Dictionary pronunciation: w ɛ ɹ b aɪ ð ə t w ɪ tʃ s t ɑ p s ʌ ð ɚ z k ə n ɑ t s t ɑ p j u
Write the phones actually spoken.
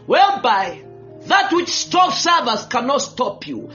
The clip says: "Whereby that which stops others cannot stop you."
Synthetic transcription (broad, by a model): w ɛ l b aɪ ð ə t w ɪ tʃ s t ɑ f s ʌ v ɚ s k ə n ɑ t s t ɑ p j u